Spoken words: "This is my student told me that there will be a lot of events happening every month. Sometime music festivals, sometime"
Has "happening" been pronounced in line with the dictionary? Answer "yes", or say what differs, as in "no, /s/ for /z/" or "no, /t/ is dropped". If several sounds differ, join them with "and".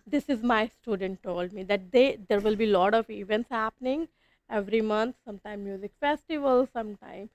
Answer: yes